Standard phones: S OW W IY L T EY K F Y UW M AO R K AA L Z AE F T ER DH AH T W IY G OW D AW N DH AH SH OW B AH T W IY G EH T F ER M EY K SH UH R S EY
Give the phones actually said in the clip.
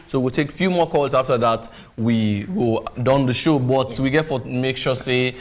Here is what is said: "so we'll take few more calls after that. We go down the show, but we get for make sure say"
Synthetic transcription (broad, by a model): S OW W IY L T EY K F Y UW M AO K AA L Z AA F T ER DH AH T W IY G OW D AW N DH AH SH OW B AH T W IY G EH T F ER M EY K SH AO S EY